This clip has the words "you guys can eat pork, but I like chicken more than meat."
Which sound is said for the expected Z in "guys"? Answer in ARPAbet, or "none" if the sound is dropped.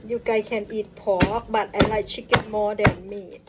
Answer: none